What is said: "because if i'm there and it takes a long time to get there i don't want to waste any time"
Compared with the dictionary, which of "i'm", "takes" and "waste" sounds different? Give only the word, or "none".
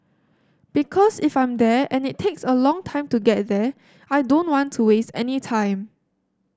none